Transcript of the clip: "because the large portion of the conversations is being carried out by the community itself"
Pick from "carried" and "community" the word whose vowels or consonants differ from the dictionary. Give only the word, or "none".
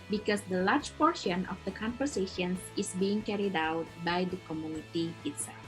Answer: none